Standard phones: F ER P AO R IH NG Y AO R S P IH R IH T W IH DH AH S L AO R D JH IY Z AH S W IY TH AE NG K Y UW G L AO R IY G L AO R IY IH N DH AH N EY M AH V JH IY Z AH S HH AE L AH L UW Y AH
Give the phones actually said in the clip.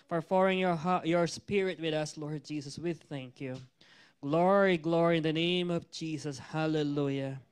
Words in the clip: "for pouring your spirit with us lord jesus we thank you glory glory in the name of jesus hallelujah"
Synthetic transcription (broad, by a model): F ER F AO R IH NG Y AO R S P IH R IH T W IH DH AH S L AO R D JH IY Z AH S W IY TH AE NG K Y UW G L AO R IY G L AO R IY IH N DH AH N EY M AH V JH IY Z AH S HH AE L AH L UW Y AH